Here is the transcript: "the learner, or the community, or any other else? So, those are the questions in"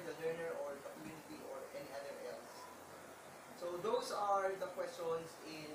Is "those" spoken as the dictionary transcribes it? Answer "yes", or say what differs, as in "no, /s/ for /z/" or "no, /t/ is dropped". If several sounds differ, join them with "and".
no, /s/ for /z/